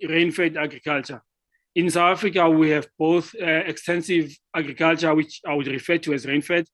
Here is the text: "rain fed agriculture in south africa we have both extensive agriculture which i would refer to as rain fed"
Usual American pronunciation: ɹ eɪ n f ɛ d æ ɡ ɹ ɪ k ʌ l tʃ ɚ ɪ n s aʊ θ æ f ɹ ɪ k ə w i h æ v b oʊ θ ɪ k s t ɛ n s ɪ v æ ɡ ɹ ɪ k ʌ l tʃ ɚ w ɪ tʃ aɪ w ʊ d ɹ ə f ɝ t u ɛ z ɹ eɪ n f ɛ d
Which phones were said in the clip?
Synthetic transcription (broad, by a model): ɹ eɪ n f ɛ d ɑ ɡ ɹ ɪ k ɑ l tʃ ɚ ɪ n s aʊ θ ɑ f ɹ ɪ k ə w i h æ v b oʊ θ ɪ k s t ɛ n s ɪ v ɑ ɡ ɹ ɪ k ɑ l tʃ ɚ w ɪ tʃ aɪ w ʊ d ɹ ə f ɝ t u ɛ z ɹ eɪ n f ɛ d